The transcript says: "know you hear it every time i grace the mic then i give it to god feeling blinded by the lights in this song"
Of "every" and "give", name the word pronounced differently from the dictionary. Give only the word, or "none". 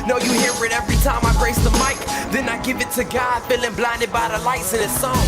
none